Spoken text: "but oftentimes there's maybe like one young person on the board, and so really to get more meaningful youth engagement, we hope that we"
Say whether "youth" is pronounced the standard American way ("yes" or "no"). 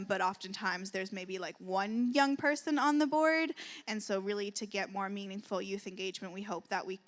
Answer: yes